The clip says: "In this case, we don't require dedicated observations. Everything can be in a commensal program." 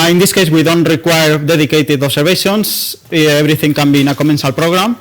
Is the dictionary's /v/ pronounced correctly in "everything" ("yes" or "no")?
no